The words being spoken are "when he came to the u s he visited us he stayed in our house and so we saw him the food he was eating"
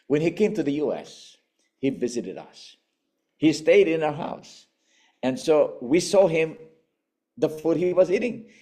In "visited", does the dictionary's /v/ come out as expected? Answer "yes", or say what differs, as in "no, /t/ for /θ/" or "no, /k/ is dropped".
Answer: yes